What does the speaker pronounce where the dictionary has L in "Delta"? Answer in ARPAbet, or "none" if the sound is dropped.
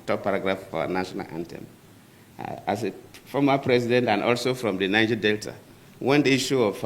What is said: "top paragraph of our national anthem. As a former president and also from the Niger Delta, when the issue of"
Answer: L